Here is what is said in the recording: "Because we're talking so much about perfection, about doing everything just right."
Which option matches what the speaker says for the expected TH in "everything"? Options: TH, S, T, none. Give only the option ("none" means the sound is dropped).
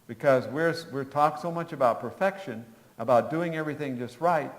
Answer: TH